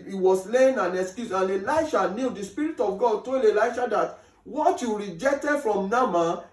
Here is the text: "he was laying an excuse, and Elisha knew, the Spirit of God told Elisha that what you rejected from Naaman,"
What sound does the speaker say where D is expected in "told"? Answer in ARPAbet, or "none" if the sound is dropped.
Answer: none